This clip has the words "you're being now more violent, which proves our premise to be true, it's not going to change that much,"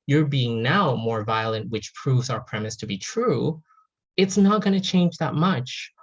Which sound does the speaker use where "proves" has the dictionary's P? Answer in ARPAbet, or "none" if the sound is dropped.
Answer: P